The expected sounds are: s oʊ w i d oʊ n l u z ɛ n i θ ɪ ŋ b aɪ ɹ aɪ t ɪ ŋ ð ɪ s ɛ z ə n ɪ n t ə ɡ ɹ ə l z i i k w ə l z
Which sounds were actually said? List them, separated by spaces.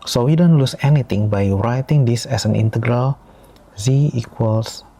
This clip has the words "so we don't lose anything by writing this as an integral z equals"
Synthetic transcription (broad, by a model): s oʊ w i d oʊ n l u s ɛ n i t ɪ ŋ b aɪ ɹ aɪ t ɪ ŋ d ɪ s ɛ s ə n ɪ n t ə ɡ ɹ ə l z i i k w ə l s